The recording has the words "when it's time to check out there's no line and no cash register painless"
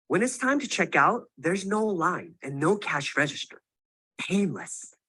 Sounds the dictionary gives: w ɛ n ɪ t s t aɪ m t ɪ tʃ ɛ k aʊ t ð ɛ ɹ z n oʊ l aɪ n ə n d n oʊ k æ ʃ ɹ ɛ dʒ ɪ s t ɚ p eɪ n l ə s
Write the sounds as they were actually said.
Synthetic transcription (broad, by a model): w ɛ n ɪ t s t aɪ m t ɪ tʃ ɛ k aʊ t ð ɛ ɹ z n oʊ l aɪ n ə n n oʊ k æ ʃ ɹ ɛ dʒ ɪ s t ɚ p eɪ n l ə s